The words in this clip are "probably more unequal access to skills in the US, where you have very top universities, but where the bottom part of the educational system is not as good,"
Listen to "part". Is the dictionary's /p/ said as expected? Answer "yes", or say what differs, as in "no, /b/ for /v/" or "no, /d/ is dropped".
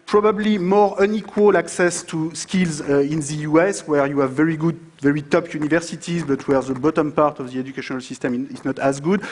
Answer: yes